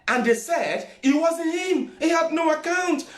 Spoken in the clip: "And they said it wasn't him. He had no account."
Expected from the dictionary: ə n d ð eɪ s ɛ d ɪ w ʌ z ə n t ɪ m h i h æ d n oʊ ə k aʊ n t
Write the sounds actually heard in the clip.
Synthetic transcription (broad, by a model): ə n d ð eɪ s ɛ d ɪ w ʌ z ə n ɪ m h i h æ d n oʊ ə k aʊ n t